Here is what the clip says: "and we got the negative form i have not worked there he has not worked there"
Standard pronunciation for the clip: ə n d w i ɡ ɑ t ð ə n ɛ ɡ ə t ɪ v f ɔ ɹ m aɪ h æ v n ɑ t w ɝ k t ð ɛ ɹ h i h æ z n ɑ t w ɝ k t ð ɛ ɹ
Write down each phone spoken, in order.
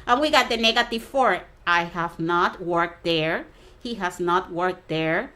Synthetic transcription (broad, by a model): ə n w i ɡ ɑ t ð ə n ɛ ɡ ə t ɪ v f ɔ ɹ aɪ h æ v n ɑ t w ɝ k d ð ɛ ɹ h i h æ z n ɑ t w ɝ k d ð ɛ ɹ